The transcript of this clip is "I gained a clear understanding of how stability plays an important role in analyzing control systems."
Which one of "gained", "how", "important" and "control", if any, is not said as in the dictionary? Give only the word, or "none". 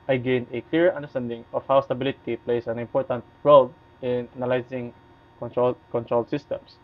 gained